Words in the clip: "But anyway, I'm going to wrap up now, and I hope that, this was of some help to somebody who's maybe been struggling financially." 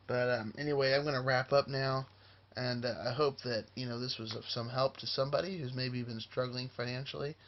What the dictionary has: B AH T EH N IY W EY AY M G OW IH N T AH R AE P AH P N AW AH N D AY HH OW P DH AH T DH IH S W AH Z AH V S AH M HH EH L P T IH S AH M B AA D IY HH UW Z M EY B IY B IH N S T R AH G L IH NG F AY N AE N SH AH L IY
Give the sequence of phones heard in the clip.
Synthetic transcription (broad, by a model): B AH T EH N IY W EY AY M G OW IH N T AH R AE P AH P N AW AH N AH AY HH OW P DH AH T DH IH S W AH Z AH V S AH M HH EH L P T IH S AH M B AA D IY HH UW Z M EY B IY B IH N S T R AH G L IH NG F AY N AE N SH L IY